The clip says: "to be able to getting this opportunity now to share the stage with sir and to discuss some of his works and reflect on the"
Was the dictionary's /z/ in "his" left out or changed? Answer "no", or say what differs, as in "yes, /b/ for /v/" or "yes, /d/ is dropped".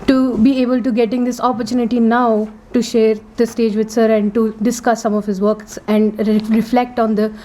no